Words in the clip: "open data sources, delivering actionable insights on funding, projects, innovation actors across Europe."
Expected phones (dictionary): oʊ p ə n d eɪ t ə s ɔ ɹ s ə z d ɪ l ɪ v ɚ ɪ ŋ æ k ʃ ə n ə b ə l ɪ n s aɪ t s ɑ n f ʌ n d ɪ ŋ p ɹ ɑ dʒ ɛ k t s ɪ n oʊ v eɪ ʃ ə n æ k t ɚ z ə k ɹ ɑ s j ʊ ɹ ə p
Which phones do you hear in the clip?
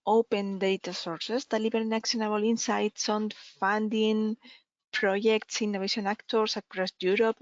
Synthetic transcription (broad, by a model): oʊ p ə n d eɪ t ə s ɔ ɹ s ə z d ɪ l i b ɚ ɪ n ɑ k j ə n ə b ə l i n s aɪ t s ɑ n f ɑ n d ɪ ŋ p ɹ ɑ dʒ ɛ k t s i n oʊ eɪ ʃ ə n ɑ k t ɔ s ə k ɹ ɑ s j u ɹ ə p